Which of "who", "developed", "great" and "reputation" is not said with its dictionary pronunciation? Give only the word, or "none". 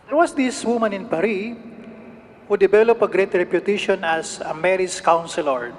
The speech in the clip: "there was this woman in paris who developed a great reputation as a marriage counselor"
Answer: developed